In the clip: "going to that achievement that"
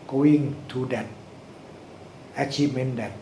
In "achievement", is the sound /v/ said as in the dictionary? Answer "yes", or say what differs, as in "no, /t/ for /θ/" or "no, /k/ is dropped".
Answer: no, /v/ is dropped